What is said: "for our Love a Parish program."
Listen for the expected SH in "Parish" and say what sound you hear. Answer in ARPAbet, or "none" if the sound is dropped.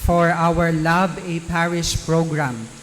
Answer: S